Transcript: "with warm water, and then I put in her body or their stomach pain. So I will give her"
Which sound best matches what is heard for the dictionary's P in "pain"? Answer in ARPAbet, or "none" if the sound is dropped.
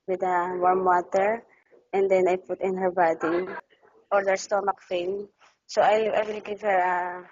F